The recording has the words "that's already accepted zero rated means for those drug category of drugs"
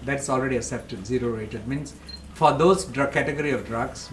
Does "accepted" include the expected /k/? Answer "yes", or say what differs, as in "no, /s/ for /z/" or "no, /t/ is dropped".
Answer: no, /k/ is dropped